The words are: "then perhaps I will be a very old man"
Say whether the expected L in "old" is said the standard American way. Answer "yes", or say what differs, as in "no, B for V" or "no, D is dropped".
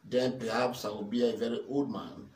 no, L is dropped